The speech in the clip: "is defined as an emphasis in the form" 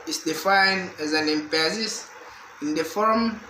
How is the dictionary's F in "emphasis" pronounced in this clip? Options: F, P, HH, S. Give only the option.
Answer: P